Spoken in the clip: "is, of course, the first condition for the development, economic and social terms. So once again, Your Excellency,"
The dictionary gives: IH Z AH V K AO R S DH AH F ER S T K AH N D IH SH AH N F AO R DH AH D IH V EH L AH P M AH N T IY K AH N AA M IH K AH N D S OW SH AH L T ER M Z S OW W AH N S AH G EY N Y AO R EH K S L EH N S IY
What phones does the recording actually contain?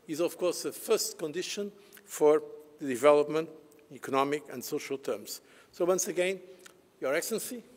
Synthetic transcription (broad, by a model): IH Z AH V K AO R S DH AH F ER S T K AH N D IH SH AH N F AO R DH AH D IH V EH L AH P M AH N T IY K AH N AA M IH K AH N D S OW SH AH L T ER M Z S OW W AH N S AH G EY N Y AO R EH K S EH N S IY